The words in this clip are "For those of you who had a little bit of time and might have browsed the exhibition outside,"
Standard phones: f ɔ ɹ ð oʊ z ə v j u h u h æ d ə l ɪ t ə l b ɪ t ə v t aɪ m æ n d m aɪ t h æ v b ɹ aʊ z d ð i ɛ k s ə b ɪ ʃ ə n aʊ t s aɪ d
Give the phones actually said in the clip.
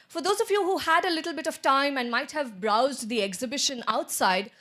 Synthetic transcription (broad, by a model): f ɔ ɹ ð oʊ z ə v j u h u h æ d ə l ɪ t l b ɪ t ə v t aɪ m æ n d m aɪ t h æ v b ɹ aʊ z d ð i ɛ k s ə b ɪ ʃ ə n aʊ t s aɪ d